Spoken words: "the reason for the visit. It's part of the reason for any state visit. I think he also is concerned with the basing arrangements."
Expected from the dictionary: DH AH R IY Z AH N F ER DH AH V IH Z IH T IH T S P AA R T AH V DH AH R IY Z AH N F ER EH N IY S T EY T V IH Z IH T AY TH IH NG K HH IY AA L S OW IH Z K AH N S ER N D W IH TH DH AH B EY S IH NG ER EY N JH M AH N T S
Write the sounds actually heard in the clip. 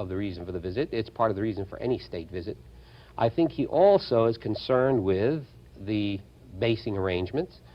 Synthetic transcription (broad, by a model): DH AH R IY Z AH N F ER DH AH V IH Z IH T IH T S P AA R T AH V DH AH R IY Z AH N F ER EH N IY S T EY T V IH Z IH T AY TH IH NG K HH IY AA L S OW IH Z K AH N S ER N D W IH DH AH B EY S IH NG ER EY N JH M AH N T S